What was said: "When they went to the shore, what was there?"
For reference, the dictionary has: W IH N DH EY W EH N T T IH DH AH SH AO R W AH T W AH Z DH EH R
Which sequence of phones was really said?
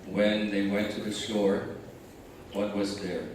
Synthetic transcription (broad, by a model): W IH N DH EY W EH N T T IH DH AH S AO R W AH T W AH Z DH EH R